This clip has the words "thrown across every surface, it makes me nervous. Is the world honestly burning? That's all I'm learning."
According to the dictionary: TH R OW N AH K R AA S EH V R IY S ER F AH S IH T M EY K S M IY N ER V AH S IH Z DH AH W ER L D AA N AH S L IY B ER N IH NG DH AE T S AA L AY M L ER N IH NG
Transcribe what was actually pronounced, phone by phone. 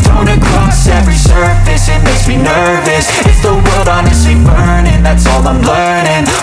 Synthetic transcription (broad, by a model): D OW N AH K R AA S EH V R IY S ER F AH S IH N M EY S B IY N ER V AH S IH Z DH AH W ER L D AA N AH S L IY B ER N IH NG DH AE T S AA L AY M L ER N IH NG